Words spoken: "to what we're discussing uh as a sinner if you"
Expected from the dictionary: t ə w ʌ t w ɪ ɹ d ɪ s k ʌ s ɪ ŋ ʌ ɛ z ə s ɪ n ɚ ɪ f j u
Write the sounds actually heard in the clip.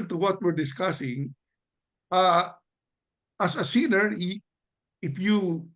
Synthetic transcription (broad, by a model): t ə w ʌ t w ɪ ɹ d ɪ s k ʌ s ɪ ŋ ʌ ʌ s ə s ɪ n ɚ ɪ f j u